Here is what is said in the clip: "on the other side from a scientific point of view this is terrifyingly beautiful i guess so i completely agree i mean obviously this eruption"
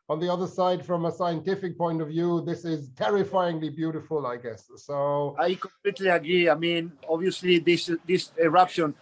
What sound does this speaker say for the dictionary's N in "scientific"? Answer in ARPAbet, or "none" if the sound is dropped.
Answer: N